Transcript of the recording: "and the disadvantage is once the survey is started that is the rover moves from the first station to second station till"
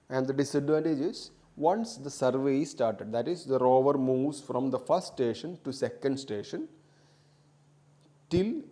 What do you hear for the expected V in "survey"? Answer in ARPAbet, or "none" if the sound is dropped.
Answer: V